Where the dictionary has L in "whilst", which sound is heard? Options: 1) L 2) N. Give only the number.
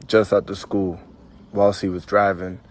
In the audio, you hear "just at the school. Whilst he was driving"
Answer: 1